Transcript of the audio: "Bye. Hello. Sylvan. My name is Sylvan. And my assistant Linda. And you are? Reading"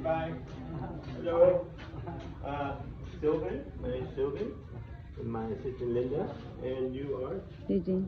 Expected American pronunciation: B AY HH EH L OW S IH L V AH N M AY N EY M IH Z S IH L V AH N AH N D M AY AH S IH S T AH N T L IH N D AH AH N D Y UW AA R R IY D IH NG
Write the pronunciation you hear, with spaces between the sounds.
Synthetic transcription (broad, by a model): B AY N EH OW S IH L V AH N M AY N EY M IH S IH L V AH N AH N M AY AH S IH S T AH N L IH N D AH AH N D Y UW AA R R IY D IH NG